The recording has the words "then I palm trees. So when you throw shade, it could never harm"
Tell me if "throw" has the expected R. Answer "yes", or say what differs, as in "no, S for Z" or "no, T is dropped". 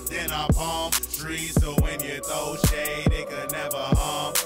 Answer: no, R is dropped